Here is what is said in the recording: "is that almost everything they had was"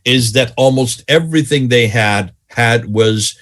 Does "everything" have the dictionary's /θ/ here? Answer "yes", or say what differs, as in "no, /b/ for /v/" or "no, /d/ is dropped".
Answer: yes